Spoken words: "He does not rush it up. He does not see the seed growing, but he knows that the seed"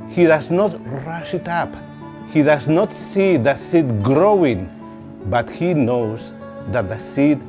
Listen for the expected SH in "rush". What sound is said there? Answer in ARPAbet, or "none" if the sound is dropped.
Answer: SH